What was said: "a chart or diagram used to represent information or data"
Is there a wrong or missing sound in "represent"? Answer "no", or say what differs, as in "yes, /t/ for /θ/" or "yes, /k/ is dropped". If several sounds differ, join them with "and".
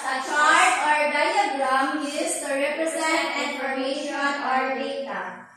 yes, /s/ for /z/